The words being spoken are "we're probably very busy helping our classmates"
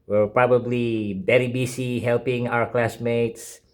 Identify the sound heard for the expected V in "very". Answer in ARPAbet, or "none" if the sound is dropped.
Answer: B